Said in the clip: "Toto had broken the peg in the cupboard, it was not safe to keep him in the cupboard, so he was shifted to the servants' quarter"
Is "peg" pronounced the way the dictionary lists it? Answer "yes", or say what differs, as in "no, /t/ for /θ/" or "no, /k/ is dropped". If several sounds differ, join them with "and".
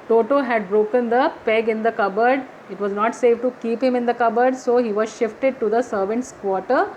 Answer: yes